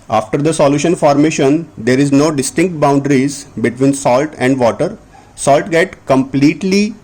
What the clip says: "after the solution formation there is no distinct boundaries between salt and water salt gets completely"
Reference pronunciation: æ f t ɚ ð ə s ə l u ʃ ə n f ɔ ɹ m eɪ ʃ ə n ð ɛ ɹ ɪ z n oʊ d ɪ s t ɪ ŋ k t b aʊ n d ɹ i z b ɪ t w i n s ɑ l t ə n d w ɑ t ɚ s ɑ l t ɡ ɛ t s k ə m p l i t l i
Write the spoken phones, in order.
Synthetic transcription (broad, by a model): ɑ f t ɚ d ə s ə l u ʃ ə n f ɔ ɹ m eɪ ʃ ə n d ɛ ɹ ɪ z n oʊ d ɪ s t ɪ ŋ k t b aʊ n d ɹ i z b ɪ t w i n s ɑ l t ə n d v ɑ t ɚ s ɑ l t ɡ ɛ t k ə m p l i t l i